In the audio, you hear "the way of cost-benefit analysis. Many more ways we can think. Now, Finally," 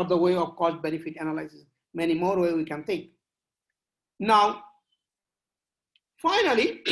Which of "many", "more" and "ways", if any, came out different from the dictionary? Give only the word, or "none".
ways